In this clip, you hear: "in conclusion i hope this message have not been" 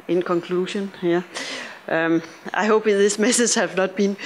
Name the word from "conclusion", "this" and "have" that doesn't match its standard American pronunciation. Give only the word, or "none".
conclusion